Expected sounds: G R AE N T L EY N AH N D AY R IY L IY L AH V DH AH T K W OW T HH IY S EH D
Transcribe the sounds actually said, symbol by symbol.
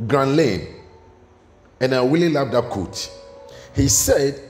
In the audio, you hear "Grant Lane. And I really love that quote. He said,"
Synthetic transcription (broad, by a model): G R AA N L EY N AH N AY W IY L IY L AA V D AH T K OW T HH IY S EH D